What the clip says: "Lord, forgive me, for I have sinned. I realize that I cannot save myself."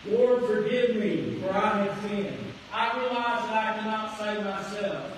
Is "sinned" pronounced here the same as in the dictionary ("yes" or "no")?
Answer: no